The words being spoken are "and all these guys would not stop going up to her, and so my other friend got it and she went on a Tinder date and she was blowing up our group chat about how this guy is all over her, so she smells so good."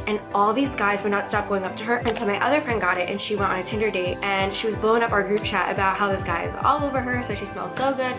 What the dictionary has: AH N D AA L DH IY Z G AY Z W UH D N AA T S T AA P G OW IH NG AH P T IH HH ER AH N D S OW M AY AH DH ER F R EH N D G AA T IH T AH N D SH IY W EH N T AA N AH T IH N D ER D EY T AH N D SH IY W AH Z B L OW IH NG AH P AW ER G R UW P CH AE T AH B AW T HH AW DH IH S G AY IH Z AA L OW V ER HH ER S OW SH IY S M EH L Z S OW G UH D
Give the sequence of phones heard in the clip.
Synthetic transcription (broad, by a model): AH N AA L DH IY Z G AY Z W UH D N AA T S T AA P G OW IH NG AH P T IH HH ER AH N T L M AY AH DH ER F R EH N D G AA T IH T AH N SH IY W EH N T N AH T IH N D ER D EY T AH N SH IY W AH Z B L OW IH NG AH P AW ER G R UW P CH AE T AH B AW T HH AW DH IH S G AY IH Z AA L OW V ER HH ER S OW SH IY S M EH L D S OW G UH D